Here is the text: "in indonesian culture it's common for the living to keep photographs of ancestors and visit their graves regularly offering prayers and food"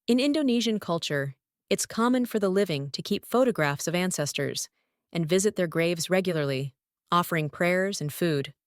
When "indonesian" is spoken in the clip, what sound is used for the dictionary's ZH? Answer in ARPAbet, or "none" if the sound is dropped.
ZH